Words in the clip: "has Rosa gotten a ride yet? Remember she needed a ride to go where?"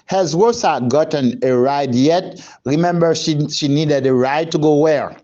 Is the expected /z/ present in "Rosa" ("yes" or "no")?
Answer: no